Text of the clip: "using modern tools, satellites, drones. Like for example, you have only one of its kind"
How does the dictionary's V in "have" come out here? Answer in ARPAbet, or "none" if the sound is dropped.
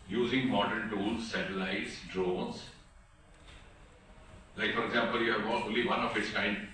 B